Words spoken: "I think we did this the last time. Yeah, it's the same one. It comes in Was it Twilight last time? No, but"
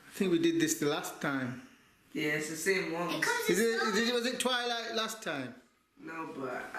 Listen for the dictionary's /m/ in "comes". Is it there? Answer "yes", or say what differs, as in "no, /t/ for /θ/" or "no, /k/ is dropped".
no, /m/ is dropped